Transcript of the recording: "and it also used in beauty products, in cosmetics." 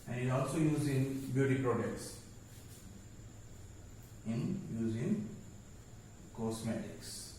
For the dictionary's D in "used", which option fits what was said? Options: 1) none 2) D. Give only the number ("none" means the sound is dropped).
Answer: 1